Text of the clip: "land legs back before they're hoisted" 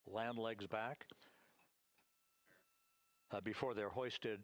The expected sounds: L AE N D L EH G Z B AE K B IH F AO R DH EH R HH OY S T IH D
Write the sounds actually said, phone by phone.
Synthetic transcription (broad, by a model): L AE N D L EH G Z B AE K B IH F AO R DH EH R HH OY S T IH D